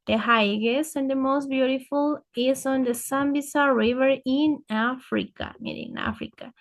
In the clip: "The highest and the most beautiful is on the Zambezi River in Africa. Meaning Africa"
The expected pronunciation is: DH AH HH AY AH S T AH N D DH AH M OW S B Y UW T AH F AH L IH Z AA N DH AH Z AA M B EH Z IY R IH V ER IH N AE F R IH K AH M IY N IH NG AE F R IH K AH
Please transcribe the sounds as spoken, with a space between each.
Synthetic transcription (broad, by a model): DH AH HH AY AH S AH N D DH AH M OW S B Y UW T AH F AH L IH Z AA N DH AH S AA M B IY S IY R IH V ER IH N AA F R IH K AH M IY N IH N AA F R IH K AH